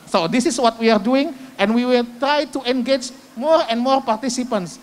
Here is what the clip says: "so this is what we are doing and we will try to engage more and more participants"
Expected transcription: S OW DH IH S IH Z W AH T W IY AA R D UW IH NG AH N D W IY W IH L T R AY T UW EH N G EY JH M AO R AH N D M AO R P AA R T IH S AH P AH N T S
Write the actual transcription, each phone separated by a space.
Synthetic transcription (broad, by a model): S OW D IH S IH S W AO T W IY AA R D UW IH NG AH N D W IY W IH L T R AY T UW EH N G EY JH M AO R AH N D M AO R P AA R T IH S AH P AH N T S